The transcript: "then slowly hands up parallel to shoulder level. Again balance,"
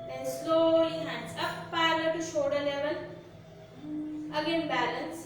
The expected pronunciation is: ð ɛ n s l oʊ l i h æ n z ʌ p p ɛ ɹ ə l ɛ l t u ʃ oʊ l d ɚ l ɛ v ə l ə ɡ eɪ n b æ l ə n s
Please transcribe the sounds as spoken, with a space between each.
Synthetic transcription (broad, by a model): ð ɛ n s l oʊ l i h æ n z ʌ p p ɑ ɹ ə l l t u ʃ oʊ d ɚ l ɛ v ə l ə ɡ eɪ n b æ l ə n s